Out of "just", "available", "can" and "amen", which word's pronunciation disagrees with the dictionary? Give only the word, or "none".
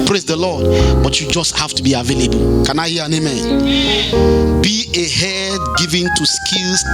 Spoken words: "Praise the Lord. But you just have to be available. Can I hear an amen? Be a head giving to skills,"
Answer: none